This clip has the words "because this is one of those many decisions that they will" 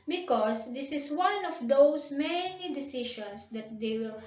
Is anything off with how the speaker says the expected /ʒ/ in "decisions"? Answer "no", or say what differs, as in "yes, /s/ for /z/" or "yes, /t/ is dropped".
yes, /ʃ/ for /ʒ/